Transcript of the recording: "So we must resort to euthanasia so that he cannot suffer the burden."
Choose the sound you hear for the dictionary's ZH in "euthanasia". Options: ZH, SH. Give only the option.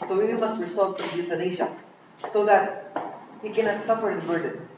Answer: SH